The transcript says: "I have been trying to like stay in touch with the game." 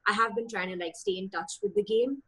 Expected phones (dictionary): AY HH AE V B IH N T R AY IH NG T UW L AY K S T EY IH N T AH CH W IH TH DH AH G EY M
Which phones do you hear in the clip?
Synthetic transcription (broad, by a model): AY HH AE V B IH N T R AY IH NG T UW L AY K S T EY IH N T AH CH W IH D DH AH G EY M